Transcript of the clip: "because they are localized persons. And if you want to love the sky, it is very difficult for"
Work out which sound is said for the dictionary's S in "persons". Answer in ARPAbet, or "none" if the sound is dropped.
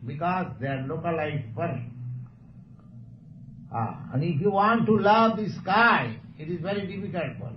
none